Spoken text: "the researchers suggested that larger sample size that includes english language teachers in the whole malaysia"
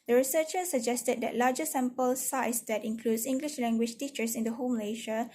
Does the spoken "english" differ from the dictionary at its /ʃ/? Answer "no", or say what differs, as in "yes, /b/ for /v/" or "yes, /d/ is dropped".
no